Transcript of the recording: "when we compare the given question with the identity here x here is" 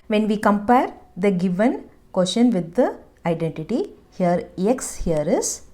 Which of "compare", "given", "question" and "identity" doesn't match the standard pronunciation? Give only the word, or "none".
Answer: question